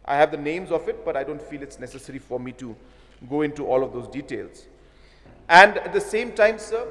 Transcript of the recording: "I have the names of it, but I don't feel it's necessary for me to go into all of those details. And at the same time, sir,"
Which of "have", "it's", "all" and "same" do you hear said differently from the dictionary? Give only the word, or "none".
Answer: none